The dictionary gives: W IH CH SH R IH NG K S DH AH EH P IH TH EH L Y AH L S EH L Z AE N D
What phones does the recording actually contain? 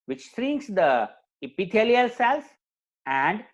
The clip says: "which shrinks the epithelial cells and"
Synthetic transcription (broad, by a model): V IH CH S R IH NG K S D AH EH P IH T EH L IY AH L S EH L S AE N D